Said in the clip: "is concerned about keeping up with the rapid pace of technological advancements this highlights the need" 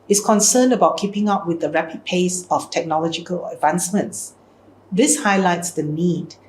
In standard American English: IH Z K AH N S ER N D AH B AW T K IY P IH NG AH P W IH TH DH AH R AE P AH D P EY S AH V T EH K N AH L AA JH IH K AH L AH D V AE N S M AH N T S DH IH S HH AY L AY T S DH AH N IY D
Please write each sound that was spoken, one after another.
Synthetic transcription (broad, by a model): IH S K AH N S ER N D AH B AW T K IY P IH NG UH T W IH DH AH R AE P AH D P EY S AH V T EH K N AH L AA JH IH K AH L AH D V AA N S M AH N T S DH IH S HH AY L AY T S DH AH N IY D